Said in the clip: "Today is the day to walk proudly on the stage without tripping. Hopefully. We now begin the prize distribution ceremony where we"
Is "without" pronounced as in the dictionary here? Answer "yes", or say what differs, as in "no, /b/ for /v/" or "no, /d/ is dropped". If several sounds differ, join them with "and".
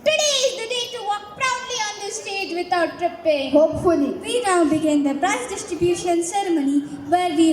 no, /t/ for /θ/